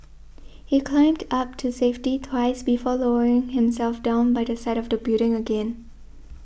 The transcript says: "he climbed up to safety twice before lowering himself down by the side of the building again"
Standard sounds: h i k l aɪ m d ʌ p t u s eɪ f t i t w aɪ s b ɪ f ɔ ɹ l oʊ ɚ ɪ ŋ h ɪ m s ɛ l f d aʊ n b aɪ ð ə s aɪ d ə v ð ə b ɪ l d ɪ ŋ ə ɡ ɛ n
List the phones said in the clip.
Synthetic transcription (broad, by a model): h i k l aɪ m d ʌ p t u s eɪ f t i t w aɪ s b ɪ f ɔ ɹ l oʊ ɚ ɪ ŋ h ɪ m s ɛ l f d aʊ n b aɪ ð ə s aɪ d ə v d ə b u d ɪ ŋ ə ɡ ɛ n